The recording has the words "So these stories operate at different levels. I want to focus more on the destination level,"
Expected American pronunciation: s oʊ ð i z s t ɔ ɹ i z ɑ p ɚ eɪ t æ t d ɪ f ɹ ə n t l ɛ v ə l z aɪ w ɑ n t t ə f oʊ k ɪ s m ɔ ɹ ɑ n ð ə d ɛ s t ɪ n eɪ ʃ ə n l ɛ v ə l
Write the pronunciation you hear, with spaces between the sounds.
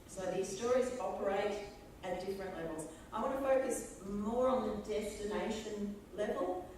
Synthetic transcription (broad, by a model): s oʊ ð i z s t ɔ ɹ i z ɑ p ɚ eɪ t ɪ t d ɪ f ɹ ə n t l ɛ v ə l z aɪ w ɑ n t t ə f oʊ k ɪ s m ɔ ɹ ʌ n ð ə d ɛ s t ɪ n eɪ ʃ ə n l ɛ v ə l